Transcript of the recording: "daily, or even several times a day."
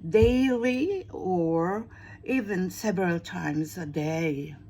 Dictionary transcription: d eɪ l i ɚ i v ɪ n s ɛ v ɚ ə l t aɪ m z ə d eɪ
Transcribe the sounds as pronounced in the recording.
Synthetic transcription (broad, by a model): d eɪ l i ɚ i v ɪ n s ɛ v ɚ ə l t aɪ m z ə d eɪ